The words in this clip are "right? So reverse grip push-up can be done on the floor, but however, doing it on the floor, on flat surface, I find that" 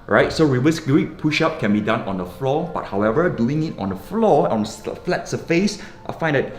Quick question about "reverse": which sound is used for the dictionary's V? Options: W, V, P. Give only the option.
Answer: W